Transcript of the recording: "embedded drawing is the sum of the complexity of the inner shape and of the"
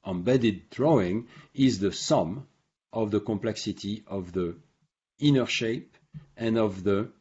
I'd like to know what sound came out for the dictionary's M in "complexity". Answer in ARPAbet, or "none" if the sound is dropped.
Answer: M